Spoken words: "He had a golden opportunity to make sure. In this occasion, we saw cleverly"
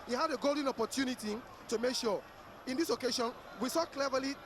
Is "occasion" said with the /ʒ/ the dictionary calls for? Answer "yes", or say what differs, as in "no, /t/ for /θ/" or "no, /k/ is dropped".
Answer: no, /ʃ/ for /ʒ/